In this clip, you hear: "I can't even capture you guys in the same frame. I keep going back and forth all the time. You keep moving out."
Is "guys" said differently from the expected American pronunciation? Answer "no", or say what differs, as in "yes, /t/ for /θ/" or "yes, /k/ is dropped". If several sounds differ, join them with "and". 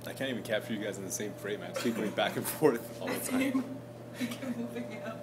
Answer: no